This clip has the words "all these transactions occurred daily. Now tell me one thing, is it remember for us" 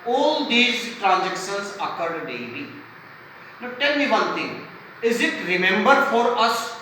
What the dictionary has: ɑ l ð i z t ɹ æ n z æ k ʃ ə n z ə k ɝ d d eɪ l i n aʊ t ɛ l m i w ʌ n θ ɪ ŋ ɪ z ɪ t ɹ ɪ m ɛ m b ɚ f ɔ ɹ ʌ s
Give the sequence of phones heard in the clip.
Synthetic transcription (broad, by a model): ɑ l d i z t ɹ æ n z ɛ k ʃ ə n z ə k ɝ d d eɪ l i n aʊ t ɛ l m i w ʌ n t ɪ ŋ ɪ z ɪ t ɹ ɪ m ɛ m b ɚ f ɔ ɹ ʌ s